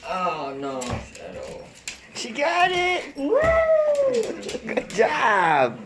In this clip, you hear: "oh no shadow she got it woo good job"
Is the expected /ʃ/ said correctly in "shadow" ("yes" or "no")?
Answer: no